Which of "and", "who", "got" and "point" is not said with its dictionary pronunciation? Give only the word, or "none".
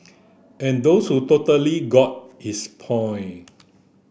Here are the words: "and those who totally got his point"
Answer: point